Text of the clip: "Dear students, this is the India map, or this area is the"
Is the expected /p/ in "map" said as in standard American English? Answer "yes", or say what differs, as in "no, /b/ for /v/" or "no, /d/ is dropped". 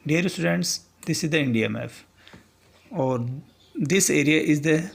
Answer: no, /f/ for /p/